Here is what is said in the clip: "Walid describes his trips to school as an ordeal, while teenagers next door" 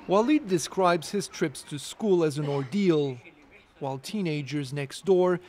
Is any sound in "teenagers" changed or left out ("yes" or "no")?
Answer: no